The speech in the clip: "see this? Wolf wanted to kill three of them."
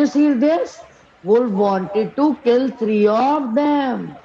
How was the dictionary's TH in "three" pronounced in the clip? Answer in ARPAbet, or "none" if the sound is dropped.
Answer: T